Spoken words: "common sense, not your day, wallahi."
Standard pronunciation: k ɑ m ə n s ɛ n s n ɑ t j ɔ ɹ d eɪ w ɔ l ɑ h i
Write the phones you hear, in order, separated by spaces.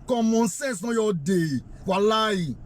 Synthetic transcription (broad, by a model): k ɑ m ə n s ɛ s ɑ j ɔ d eɪ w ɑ l ɑ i